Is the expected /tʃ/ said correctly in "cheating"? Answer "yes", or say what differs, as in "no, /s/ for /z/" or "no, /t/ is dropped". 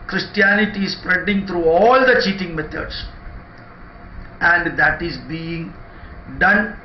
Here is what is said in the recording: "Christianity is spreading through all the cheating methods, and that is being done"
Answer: yes